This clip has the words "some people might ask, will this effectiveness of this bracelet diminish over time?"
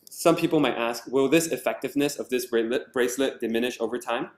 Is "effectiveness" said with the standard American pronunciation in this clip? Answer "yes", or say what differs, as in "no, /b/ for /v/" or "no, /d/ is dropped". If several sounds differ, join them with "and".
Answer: yes